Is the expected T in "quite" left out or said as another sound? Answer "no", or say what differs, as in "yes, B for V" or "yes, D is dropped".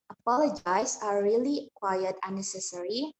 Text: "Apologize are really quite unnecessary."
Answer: yes, T is dropped